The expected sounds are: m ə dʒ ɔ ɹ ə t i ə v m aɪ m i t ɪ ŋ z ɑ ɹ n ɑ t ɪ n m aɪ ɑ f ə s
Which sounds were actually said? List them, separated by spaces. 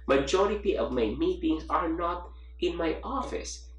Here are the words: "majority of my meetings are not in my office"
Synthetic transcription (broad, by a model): m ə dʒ ɔ ɹ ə t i ə v m aɪ m i t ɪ ŋ s ɑ ɹ n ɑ t ɪ n m aɪ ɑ f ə s